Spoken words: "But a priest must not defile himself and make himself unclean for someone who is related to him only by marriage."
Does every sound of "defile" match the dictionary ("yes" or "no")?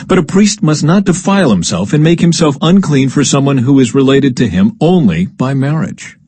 yes